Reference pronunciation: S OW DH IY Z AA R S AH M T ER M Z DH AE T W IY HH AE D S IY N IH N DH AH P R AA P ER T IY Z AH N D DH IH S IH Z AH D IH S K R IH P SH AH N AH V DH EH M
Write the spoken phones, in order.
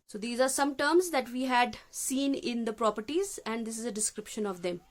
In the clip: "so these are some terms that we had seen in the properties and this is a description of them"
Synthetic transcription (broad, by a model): S OW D IY Z AA R S AH M T ER M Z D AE T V IY HH AE D S IY N IH N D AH P R AA P ER T IY Z AH N D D IH S IH Z AH D IH S K R IH P SH AH N AH V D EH M